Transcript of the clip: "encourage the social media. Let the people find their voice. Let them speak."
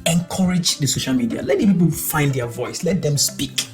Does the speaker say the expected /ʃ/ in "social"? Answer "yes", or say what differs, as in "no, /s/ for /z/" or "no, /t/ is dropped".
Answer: yes